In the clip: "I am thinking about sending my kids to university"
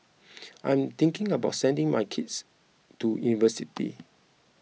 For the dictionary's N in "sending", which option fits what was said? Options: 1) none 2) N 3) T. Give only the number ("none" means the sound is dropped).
2